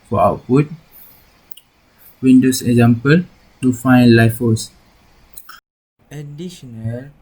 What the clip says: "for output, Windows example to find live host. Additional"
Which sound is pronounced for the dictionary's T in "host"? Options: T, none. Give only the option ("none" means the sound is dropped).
none